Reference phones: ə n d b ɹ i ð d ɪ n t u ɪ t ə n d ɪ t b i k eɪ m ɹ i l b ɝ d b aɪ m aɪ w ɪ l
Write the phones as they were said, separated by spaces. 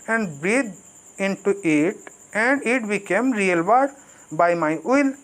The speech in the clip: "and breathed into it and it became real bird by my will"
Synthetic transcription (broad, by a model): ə n d b ɹ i d ɪ n t u ɪ t ə n d ɪ t b i k eɪ m ɹ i l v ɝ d b aɪ m aɪ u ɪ l